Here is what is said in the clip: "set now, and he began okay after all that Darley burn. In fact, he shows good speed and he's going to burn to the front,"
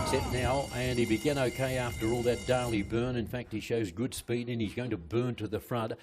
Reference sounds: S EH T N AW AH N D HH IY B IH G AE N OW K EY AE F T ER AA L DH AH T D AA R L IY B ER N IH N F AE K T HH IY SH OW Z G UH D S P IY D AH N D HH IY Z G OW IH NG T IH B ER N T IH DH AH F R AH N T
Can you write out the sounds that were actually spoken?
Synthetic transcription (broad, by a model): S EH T N AW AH N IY B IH G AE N OW K EY AE F T ER AA L DH AH T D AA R L IY B ER N IH N F AE K T HH IY SH OW Z G UH D S P IY D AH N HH IY Z G OW IH NG T IH B ER N T IH DH AH F R AH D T